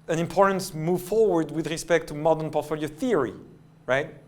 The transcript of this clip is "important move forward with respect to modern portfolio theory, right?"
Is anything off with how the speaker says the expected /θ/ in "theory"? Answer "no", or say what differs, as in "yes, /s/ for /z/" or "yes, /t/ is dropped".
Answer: no